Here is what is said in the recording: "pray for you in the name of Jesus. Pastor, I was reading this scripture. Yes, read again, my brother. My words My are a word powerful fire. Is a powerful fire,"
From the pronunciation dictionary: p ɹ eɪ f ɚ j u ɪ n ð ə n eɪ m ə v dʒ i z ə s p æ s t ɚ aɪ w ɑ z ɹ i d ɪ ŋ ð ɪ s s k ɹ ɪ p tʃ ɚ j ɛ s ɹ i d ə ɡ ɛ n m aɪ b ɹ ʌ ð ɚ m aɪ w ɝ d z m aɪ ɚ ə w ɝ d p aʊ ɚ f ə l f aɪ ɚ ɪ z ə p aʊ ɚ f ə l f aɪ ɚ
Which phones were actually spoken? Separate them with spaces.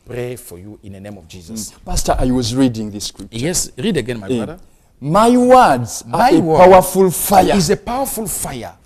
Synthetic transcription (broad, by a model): p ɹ eɪ f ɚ j u ɪ n ð ə n eɪ m ə v dʒ i z ə s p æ s t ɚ aɪ w ɑ z ɹ i d ɪ ŋ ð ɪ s s k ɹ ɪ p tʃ j ɛ s ɹ i d ə ɡ ɛ n m aɪ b ʌ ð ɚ m aɪ w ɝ d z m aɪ ə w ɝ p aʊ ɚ f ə l f aɪ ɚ ɪ z ə p aʊ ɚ f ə l f aɪ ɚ